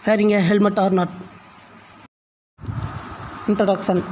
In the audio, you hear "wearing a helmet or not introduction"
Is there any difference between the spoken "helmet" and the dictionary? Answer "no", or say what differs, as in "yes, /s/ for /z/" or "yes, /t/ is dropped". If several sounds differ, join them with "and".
no